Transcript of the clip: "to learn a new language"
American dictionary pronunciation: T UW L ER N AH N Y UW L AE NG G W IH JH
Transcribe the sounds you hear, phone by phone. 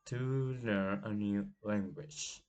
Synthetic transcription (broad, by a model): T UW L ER AH N Y UW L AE NG G W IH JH